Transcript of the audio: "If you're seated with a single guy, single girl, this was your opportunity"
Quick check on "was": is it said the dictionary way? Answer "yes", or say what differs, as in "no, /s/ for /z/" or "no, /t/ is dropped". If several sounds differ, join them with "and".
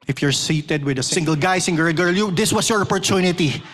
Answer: no, /s/ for /z/